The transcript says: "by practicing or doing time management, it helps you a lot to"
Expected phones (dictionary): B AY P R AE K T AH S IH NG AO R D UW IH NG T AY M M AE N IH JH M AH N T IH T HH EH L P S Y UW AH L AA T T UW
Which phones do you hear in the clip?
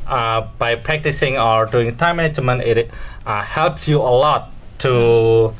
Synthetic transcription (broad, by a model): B AY P R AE K T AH S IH NG AO R D UW IH NG T AY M M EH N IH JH M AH N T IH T HH EH L P S Y UW AH L AA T T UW